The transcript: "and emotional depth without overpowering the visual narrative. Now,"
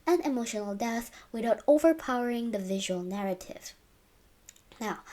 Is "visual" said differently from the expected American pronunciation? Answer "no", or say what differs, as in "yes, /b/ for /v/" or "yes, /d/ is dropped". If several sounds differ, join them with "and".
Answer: no